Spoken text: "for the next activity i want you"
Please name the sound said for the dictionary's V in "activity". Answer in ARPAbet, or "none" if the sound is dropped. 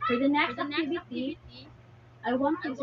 B